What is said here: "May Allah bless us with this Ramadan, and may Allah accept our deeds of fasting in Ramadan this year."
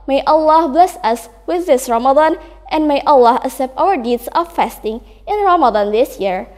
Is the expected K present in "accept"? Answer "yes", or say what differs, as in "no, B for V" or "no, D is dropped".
no, K is dropped